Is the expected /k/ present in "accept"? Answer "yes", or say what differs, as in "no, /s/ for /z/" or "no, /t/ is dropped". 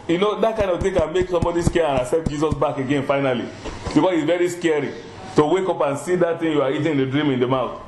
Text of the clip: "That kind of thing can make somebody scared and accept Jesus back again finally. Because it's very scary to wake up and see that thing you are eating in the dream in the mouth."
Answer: no, /k/ is dropped